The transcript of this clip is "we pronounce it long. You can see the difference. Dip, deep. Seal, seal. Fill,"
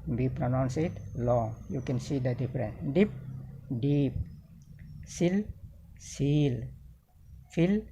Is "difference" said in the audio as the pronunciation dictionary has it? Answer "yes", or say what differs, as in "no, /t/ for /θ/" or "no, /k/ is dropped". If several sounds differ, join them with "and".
no, /s/ is dropped